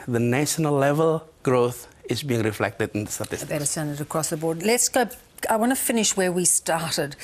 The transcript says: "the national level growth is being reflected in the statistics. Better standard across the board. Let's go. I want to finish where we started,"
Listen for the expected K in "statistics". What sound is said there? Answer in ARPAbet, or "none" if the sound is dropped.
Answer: none